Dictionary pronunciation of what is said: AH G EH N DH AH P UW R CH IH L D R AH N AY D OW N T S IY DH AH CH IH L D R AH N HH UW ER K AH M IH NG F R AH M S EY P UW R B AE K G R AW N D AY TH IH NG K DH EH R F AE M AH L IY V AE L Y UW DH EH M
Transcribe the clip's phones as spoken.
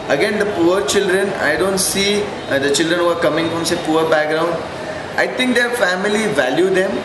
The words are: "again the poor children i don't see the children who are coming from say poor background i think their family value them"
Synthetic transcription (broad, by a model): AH G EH N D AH P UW R CH IH L D R AH N AY D OW N T S IY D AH CH IH L D R AH N HH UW ER K AH M IH NG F R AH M S EY P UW R B AE K G R AW N D AY T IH NG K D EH R F AE M AH L IY V AE L Y UW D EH M